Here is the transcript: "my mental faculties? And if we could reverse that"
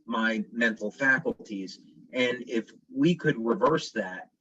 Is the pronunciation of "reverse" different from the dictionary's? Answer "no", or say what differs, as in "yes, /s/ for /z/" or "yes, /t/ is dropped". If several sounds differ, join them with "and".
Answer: no